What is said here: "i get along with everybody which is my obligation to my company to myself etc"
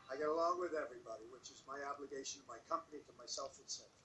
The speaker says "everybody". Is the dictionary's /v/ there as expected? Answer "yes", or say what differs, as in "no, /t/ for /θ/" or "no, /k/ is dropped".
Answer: yes